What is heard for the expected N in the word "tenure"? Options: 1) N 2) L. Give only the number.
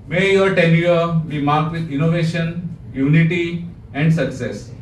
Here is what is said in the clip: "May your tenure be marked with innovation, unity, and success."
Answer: 2